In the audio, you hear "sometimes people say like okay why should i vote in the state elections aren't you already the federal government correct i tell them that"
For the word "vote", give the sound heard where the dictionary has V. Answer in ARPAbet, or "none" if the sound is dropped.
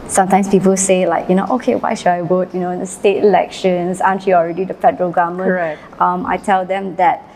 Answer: W